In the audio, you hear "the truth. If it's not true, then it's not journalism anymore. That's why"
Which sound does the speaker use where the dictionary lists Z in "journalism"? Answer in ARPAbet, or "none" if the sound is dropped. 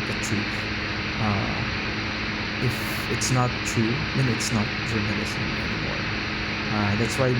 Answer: S